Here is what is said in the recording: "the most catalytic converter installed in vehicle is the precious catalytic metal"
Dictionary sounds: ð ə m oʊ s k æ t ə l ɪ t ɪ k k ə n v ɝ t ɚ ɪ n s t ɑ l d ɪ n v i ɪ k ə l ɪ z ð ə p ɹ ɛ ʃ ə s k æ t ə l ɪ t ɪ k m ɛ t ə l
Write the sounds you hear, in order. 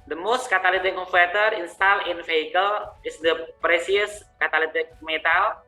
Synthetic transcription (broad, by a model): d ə m oʊ s k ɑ t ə l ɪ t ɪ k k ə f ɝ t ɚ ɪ n s t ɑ l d ɪ n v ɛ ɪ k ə l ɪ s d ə p ɹ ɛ s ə s k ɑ t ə l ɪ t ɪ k m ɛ t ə l